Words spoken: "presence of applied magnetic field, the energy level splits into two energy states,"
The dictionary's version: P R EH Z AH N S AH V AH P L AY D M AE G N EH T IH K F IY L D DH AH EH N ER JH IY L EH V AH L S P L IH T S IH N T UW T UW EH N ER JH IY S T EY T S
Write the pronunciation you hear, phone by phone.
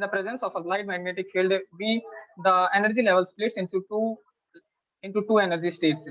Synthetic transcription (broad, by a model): P R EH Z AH N S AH F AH L AY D M AE G N EH T IH K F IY L D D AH EH N ER JH IY L EH V AH L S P L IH T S IH N T UW T UW EH N ER JH IY S T EY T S